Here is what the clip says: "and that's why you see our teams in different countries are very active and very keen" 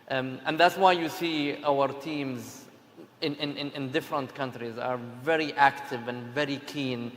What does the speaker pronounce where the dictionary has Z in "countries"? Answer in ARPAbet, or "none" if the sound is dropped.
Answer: Z